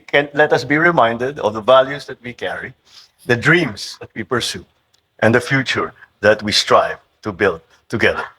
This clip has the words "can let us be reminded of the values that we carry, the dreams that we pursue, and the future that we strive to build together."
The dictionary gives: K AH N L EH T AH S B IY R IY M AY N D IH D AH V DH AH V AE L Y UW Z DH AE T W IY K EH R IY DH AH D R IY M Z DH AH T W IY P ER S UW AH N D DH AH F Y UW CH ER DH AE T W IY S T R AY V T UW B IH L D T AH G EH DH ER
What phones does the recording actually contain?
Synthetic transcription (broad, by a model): K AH N L EH T AH S B IY R IY M AY N D IH D AH V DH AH V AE L Y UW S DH T W IY K EH R IY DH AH D R IY M S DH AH T W IY P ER S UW AH N D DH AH F Y UW CH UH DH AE T W IY S T R AY V T UW B IH L D T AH G EH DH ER